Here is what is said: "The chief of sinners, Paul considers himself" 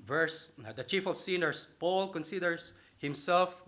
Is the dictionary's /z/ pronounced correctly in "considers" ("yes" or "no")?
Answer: no